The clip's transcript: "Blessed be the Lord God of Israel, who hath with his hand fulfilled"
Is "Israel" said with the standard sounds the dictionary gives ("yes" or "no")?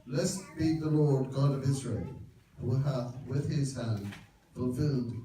yes